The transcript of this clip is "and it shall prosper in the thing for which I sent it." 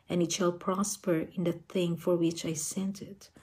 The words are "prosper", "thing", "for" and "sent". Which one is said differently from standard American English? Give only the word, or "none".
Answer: none